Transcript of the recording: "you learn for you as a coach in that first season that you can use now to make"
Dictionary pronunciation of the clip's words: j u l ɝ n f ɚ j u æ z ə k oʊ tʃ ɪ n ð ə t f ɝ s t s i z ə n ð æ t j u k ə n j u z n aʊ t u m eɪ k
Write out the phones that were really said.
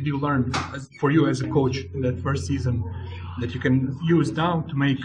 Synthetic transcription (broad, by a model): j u l ɝ n f ɚ j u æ z ə k oʊ ɪ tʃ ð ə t f ɝ s t s i z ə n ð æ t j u k ə n j u z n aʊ t u m eɪ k